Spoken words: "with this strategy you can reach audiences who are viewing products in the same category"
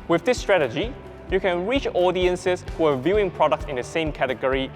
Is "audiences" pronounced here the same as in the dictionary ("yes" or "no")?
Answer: no